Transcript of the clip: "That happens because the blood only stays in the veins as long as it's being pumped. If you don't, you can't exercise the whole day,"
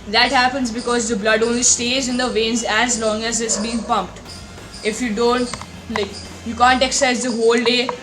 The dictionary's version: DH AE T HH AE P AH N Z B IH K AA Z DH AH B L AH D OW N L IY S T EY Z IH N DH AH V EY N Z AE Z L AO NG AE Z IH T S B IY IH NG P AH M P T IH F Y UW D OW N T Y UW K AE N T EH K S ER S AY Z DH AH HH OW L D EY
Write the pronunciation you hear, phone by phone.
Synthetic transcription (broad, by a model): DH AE T HH AE P AH N Z B IH K AA Z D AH B L AH D OW N L IY S T EY Z IH N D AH V EY N Z AE Z L AO NG AE Z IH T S B IY IH NG P AH M P T IH F Y UW D OW N T Y UW K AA N T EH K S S AY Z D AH HH OW L D EY